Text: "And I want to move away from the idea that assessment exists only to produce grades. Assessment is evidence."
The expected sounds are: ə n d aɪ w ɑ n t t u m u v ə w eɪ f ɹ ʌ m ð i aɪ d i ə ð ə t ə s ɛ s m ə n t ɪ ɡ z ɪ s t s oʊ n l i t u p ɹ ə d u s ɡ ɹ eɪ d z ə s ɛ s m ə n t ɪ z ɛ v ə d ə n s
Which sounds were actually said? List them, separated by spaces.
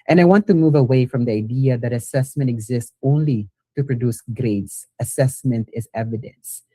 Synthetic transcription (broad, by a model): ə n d aɪ w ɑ n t t u m u v ə w eɪ f ɹ ʌ m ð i aɪ d i ə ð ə t ə s ɛ s m ə n t ɪ ɡ z ɪ s t s oʊ n l i t u p ɹ ə d u s ɡ ɹ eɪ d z ə s ɛ s m ə n t ɪ z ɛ v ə d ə n s